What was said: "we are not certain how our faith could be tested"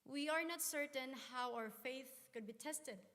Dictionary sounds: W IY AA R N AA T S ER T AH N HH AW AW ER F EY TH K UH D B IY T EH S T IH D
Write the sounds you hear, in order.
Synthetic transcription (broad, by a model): W IY AA R N AA T S ER T AH N HH AW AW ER F EY TH K UH D B IY T EH S T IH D